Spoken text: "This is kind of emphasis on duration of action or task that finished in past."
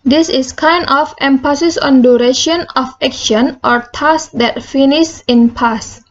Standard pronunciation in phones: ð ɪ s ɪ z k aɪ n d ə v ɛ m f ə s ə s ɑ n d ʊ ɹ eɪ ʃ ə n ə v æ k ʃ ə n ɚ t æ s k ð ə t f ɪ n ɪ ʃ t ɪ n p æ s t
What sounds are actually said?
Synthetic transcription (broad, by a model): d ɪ s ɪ s k aɪ n d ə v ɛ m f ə s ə s ɑ n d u ɹ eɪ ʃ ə n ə f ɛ k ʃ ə n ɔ t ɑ s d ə t f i n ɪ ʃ ɪ n p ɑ s